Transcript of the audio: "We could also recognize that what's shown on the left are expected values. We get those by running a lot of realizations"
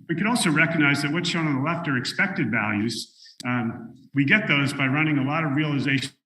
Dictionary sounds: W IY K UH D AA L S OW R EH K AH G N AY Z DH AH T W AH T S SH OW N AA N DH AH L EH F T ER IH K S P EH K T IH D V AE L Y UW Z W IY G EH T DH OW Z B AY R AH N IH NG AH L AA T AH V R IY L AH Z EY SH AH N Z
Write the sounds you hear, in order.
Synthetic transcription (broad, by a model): W IY K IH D AA L S OW R EH K AH G N AY Z DH AH T W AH T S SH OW UH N DH AH L EH F T ER IH K S P EH K T IH D V AE L Y UW Z W IY G EH T DH OW Z B AY R AH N IH NG AH L AA T AH V R IY L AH Z EY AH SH